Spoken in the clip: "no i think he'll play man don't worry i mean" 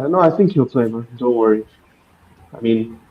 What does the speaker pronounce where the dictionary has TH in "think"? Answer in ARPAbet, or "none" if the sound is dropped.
TH